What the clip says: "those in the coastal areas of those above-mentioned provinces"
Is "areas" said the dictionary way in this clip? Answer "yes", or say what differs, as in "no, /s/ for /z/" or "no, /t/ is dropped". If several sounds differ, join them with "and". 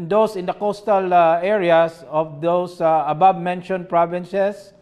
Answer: no, /s/ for /z/